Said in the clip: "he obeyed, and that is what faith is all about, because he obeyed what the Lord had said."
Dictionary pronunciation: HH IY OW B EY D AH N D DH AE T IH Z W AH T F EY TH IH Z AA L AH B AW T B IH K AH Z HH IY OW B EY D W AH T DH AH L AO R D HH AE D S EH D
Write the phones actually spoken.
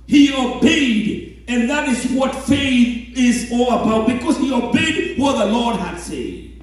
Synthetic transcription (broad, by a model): HH IY OW B EY D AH N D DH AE T IH Z W AH T F EY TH IH Z AA L AH B AW T B IH K AH Z HH IY OW B EY D W AH T DH AH L AO R D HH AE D S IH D